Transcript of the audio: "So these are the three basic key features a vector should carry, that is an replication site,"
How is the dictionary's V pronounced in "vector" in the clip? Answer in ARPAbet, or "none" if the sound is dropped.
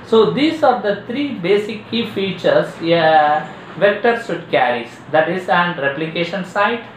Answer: V